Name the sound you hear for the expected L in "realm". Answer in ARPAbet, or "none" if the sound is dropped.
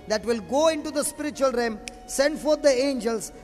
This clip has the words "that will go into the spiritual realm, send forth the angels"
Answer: none